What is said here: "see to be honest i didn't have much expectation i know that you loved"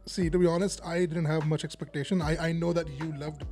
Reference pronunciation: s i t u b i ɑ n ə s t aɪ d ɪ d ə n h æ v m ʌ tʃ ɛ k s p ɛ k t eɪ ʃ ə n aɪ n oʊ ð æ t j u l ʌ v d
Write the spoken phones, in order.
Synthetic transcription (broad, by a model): s i t u b i ɑ n ə s t aɪ d ɪ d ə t h æ v m ʌ tʃ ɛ k s p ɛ k t eɪ ʃ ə n aɪ n oʊ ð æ t j u l ʌ v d